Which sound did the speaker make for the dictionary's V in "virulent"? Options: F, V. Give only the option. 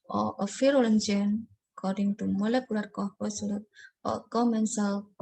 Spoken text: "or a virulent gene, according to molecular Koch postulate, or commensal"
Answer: F